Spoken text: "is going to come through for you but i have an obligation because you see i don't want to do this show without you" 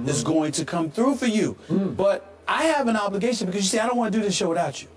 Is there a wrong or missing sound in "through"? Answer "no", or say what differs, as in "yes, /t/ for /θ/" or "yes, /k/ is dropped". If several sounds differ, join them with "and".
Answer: no